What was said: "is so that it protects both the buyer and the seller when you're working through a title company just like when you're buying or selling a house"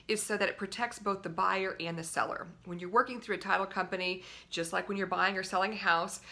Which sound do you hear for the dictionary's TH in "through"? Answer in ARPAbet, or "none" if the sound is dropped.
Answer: TH